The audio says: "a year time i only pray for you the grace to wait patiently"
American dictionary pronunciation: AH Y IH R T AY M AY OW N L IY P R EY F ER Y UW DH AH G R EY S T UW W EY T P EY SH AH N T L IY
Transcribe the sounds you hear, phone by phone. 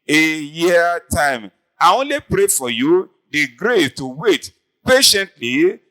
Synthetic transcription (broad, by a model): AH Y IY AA T AY M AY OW L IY P R EY F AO Y UW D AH G R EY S T UW W EY T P EY SH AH N T L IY